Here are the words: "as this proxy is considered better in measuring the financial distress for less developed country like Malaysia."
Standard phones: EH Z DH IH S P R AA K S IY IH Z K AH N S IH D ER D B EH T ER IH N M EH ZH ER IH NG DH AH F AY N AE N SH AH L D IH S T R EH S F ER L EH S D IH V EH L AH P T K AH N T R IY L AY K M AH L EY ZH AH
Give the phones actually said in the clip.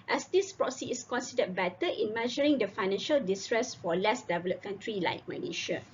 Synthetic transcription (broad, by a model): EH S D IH S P R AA S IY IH S K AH N S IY D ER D B EH T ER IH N M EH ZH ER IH NG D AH F AY N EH N SH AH L D IH S T R EH S F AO L EH S D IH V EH L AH P K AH N T R IY L AY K M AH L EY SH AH